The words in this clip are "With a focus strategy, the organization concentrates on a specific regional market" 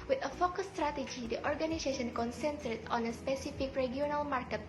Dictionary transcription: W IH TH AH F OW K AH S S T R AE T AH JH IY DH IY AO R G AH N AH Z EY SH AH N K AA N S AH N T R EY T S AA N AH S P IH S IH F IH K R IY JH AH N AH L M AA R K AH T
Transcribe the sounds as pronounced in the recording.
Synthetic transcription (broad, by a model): W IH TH AH F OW K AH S S T R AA T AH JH IY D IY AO R G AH N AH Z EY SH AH N K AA N S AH N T EY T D AA N AH S P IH S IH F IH K R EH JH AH N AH L M AA R K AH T